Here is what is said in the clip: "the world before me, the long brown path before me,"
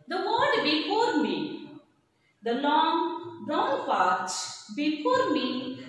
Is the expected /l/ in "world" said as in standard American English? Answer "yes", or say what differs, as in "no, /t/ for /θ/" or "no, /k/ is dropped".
no, /l/ is dropped